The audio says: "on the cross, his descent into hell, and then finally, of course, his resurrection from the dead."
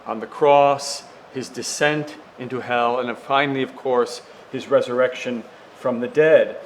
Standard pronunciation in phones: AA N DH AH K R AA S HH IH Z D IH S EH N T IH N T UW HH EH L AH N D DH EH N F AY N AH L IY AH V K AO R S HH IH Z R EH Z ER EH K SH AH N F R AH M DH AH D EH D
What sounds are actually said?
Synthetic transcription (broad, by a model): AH N DH AH K R AA S HH IH Z D IH S EH N T IH N T UW HH EH L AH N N F AY N L IY AH V K AO R S HH IH Z R EH Z ER EH K SH AH N F R AH M DH AH D EH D